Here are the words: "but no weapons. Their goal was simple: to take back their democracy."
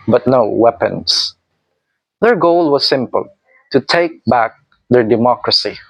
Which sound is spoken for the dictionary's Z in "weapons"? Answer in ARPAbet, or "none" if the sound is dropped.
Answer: S